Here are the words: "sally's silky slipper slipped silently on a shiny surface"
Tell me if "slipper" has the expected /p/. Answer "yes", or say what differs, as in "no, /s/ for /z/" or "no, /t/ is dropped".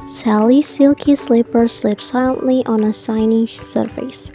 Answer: yes